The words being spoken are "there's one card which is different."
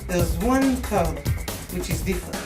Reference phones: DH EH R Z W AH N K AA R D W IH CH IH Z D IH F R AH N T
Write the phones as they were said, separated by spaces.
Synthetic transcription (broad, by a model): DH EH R Z W AH N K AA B W IH CH IH Z D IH F R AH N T